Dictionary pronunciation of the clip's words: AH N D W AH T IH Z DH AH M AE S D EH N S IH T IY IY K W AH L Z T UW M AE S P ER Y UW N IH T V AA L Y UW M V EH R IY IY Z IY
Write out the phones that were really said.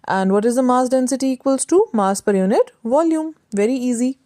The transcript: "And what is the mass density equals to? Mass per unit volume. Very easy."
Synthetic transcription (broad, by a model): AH N D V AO T IH Z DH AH M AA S D EH N S IH T IY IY K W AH L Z T UW M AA S P ER Y UW N IH T V AA L Y UW M V EH R IY IY Z IY